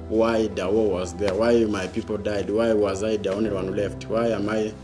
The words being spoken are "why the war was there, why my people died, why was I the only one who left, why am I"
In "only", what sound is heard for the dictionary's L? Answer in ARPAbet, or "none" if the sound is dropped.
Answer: none